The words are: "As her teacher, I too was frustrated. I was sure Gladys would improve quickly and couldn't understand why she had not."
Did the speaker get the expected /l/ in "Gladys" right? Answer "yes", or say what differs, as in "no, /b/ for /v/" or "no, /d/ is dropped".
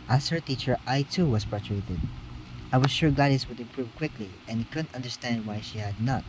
no, /l/ is dropped